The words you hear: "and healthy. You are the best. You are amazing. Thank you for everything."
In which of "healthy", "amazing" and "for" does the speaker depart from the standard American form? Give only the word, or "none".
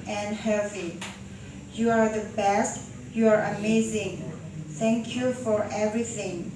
healthy